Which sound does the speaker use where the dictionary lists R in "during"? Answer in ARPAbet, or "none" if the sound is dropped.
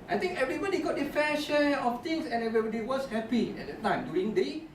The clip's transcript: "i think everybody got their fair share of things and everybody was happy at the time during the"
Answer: none